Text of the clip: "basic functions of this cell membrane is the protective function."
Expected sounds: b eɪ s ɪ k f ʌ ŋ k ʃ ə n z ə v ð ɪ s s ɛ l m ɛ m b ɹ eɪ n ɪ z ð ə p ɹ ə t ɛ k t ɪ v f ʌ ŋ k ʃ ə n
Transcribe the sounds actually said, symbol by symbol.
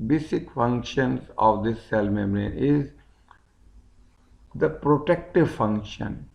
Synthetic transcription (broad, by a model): b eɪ s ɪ k f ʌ ŋ k ʃ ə n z ə v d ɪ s s ɛ l m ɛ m ɹ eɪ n ɪ z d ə p ɹ ə t ɛ k t ɪ v f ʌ ŋ k ʃ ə n